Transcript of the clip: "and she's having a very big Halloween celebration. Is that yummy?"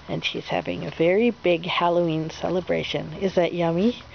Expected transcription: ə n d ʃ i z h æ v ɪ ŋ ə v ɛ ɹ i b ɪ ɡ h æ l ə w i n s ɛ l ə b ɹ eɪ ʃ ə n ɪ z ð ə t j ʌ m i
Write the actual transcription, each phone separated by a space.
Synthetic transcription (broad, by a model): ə n ʃ i z h æ v ɪ ŋ ə v ɛ ɹ i b ɪ ɡ h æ l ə i n s ɛ l ə b ɹ eɪ ʃ ə n ɪ z ð ə t j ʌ m i